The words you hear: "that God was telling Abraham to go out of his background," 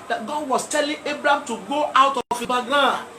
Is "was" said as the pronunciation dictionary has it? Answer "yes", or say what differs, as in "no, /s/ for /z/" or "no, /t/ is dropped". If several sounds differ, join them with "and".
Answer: no, /s/ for /z/